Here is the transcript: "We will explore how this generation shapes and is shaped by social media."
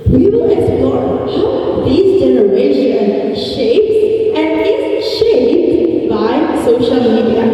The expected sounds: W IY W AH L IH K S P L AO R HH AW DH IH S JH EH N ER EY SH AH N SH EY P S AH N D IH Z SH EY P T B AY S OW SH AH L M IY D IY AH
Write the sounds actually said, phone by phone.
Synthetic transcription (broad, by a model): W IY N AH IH S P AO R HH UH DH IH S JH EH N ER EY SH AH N SH EY P S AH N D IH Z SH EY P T B AY S OW SH AH L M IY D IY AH